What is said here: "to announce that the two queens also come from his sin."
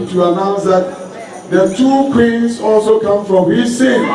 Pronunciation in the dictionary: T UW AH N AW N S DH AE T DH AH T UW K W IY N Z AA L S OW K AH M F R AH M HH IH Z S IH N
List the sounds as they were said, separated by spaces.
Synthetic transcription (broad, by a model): T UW AH N AW N S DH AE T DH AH T UW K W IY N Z AA L S OW K AH M F R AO M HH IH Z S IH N